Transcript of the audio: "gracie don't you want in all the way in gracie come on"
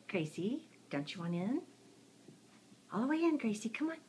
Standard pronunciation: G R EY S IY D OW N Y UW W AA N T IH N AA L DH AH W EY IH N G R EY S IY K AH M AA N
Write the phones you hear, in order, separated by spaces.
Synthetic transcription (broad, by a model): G R EY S IY D OW N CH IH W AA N IH N AA L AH W EY IH N G R EY S IY K AH M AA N